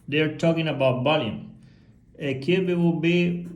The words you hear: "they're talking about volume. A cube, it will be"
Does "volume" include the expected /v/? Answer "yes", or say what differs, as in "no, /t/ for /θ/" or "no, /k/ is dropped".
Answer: no, /b/ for /v/